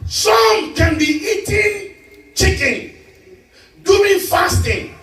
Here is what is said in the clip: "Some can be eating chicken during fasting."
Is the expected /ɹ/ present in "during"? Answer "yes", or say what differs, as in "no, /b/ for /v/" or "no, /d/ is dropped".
no, /ɹ/ is dropped